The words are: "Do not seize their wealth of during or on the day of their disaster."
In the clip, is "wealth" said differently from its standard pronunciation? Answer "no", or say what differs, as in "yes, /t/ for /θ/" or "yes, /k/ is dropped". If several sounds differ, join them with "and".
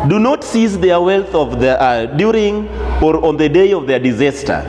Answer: no